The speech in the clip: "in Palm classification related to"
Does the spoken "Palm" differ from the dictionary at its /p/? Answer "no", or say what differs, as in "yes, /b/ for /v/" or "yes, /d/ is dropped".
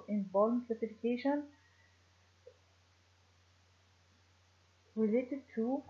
yes, /b/ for /p/